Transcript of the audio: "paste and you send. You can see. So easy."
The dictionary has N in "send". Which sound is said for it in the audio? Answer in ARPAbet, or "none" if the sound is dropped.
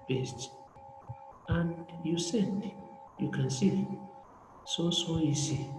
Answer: none